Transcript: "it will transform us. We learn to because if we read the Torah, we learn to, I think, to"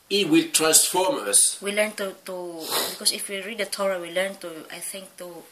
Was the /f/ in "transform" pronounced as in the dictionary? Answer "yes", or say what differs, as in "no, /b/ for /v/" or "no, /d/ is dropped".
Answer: yes